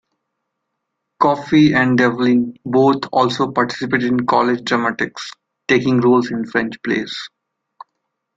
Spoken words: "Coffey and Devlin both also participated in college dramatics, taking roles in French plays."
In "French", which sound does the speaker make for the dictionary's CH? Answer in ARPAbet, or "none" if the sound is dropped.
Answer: CH